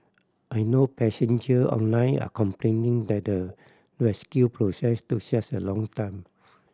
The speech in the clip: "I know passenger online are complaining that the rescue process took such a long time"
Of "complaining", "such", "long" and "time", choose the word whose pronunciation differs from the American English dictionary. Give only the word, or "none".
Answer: such